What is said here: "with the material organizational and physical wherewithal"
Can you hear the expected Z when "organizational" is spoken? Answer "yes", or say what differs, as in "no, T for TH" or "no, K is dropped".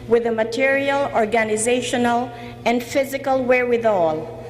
yes